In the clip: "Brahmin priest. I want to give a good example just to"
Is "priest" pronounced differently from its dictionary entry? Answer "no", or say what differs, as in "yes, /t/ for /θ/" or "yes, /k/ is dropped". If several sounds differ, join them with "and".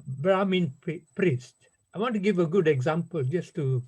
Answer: no